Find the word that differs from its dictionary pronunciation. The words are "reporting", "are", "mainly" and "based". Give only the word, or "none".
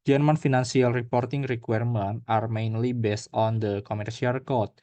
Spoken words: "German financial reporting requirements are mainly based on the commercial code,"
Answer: none